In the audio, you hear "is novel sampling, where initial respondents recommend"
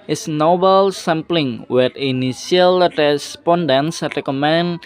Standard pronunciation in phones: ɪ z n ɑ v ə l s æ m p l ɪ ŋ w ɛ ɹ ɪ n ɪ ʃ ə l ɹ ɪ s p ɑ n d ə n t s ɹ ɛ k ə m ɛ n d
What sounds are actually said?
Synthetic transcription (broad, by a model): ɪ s n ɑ b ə l s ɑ m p l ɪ ŋ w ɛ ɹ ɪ n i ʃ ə l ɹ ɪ s p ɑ n d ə n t s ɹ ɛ k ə m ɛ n